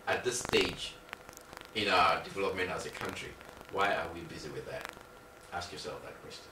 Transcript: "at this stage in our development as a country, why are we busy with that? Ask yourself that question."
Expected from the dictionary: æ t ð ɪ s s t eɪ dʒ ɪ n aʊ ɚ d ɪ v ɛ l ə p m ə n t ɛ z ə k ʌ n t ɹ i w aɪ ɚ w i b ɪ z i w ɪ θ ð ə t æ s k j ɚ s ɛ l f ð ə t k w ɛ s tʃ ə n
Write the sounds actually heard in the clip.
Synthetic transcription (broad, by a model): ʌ t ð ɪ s s t eɪ dʒ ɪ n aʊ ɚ d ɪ v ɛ l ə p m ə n ɑ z ə k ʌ n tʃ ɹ i w aɪ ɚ w i b ɪ z i w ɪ ð ə t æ s k j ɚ s ɛ l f ð ə t k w ɛ s tʃ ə n